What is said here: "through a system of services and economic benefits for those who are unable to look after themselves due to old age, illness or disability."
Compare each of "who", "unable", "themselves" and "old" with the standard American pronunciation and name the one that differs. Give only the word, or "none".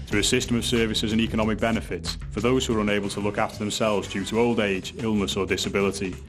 none